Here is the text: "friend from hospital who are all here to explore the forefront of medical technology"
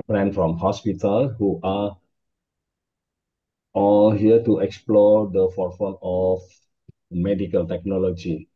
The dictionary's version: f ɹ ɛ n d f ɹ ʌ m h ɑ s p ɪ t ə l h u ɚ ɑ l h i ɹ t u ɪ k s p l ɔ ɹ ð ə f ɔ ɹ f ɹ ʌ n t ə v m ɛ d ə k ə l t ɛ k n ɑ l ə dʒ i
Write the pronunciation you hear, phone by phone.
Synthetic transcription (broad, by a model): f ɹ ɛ n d f ɹ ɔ m h ɑ s p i t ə l h u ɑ ɑ l h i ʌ t u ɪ k s p l ɔ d ə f ɔ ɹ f ɔ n ə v m ɛ d ə k ə l t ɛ k n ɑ l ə dʒ i